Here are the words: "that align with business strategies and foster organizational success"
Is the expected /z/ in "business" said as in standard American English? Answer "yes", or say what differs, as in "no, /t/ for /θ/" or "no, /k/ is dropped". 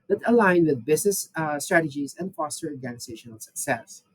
no, /s/ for /z/